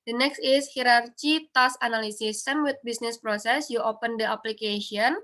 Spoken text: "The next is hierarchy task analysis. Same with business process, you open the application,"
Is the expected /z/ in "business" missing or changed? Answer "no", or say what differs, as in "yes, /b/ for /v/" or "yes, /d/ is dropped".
yes, /s/ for /z/